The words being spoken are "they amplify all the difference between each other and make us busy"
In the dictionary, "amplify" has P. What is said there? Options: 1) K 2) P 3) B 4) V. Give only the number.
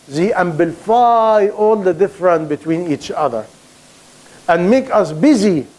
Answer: 3